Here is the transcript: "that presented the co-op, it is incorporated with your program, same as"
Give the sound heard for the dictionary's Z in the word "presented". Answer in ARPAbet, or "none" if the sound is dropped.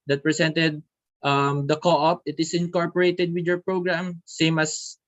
S